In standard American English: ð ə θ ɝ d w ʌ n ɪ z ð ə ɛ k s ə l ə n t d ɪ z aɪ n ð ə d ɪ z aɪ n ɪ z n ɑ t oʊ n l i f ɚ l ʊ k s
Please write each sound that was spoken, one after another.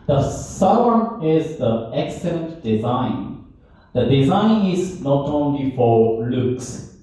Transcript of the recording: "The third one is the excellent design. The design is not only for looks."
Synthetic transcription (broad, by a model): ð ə s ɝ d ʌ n ɪ z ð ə ɛ k s ə l ə n t d ɪ z aɪ n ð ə d ɪ z aɪ n ɪ z n ɑ t oʊ n l i f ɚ l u k s